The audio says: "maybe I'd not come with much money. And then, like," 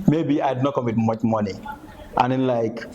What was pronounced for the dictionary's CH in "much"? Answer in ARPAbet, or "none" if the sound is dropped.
CH